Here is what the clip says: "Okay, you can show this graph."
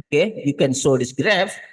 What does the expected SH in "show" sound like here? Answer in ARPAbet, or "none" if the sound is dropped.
S